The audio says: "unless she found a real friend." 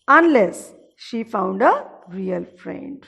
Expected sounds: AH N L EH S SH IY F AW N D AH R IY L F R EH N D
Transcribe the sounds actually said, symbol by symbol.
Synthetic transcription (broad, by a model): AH N L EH S SH IY F AW N D AH R IY L F R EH N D